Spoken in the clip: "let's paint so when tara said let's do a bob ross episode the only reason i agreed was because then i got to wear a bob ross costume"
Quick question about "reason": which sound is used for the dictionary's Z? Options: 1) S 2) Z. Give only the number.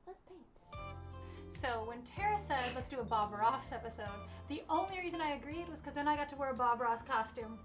2